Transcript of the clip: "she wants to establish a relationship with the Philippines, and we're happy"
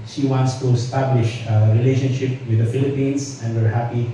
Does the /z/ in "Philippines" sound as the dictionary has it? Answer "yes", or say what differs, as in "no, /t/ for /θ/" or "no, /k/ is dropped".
no, /s/ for /z/